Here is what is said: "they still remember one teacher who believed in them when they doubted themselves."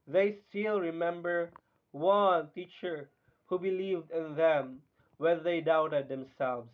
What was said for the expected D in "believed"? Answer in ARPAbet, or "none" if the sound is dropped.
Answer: D